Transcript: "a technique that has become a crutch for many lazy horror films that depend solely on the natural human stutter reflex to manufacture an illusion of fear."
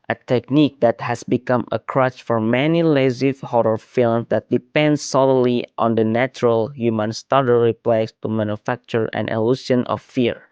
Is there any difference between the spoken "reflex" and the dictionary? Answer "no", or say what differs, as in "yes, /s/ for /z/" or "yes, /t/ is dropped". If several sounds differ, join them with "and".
yes, /p/ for /f/